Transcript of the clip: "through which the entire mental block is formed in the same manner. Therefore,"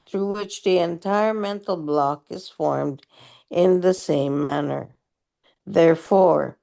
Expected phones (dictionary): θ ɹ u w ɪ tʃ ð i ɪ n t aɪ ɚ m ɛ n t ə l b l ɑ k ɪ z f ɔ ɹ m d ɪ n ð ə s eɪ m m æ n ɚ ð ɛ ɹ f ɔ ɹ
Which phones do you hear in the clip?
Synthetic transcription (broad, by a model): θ ɹ u w ɪ tʃ ð i ɪ n t aɪ ɚ m ɛ n t l b l ɑ k ɪ z f ɔ ɹ m d ɪ n ð ə s eɪ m m æ n ɚ ð ɛ ɹ f ɔ ɹ